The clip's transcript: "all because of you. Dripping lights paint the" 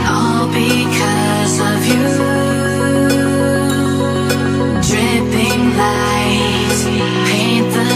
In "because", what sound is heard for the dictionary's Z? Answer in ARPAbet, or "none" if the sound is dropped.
Z